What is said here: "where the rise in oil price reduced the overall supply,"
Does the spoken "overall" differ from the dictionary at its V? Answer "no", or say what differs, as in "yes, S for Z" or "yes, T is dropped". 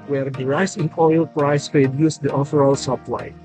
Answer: yes, F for V